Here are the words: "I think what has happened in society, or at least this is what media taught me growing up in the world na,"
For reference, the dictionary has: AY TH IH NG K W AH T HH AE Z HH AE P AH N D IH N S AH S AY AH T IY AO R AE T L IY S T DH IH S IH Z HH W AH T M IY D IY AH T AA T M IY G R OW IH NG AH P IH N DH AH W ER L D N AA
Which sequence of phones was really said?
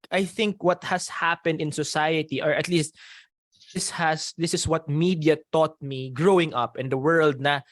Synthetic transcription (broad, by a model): AY TH IH NG K W AH T HH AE S HH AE P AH N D IH N S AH S AY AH T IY AO R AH T L IY S T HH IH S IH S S W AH T M IY D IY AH T AA T M IY G R OW IH NG AH P IH N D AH W ER L D N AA